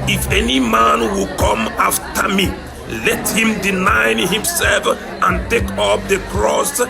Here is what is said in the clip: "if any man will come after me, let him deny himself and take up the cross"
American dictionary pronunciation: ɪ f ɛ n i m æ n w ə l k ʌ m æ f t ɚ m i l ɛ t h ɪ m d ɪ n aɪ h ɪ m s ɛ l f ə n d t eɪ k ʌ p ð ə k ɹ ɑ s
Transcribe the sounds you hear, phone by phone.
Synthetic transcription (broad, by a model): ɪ f ɛ n i m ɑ n w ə k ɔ m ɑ f t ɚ m i l ɛ t h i m d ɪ n aɪ h ɪ m s ɛ l f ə n t eɪ k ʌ p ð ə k ɹ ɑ s